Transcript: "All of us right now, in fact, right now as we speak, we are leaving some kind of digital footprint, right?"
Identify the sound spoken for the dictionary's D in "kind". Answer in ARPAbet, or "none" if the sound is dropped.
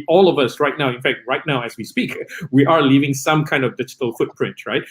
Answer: D